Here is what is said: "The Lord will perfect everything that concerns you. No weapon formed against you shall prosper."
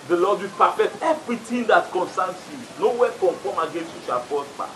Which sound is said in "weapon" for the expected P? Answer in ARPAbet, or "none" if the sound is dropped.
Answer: F